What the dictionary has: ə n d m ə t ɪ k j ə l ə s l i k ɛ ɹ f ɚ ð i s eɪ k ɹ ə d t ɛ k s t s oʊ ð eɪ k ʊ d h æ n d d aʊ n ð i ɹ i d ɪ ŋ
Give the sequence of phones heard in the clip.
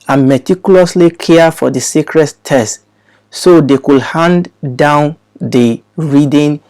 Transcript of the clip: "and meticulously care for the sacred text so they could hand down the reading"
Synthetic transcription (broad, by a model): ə n m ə t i k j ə l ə s l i k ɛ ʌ f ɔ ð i s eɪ k ɹ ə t t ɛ s t s oʊ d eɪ k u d h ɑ n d d aʊ n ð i ɹ i d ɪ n